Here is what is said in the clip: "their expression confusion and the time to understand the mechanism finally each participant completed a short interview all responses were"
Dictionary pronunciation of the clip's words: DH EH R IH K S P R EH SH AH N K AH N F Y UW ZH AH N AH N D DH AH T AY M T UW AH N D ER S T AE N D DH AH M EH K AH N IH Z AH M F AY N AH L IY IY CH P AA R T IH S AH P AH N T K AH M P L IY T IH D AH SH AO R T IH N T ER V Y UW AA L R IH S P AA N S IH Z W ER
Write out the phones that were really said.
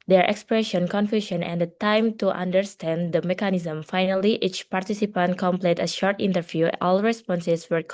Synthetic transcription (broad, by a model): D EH R IH K S P R EH SH AH N K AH N F Y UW SH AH N AH N D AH T AY M T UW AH N D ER S T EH N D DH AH M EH K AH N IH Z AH M F AY N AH L IY IY CH P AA R T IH S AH P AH N T K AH M P L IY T AH SH AO R T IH N T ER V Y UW AA L R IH S P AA N S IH S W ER